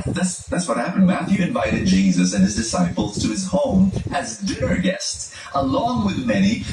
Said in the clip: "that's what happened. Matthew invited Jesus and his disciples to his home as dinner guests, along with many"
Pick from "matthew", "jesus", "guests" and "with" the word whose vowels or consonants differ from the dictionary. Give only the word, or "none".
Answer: none